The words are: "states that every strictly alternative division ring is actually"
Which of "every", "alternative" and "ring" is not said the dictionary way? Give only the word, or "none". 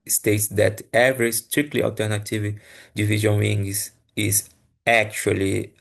ring